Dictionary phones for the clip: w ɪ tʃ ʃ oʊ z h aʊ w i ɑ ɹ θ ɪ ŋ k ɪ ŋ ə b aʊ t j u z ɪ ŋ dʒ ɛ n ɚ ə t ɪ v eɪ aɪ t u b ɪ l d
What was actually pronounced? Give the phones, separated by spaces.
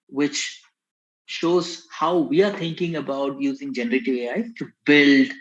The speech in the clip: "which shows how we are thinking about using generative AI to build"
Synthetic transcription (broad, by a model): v ɪ tʃ ʃ oʊ z h aʊ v i ɑ ɹ t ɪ ŋ k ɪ ŋ ə b aʊ t j u z ɪ ŋ dʒ ɛ n ɚ ə t ɪ v eɪ aɪ t u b ɪ l d